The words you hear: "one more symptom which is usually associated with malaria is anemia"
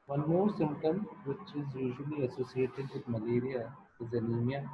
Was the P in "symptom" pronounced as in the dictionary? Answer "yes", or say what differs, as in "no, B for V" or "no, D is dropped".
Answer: no, P is dropped